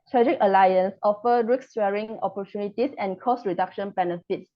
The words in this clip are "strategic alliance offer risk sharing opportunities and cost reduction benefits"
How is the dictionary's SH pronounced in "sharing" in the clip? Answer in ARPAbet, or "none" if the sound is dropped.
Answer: S